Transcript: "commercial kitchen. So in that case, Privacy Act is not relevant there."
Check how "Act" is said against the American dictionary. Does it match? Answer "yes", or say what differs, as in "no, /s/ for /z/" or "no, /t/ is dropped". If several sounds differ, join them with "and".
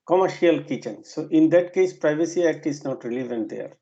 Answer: yes